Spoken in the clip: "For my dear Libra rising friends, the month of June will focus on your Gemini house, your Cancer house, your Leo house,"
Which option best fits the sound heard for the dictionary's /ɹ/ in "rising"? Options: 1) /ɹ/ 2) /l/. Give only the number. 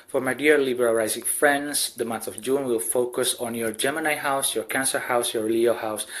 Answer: 2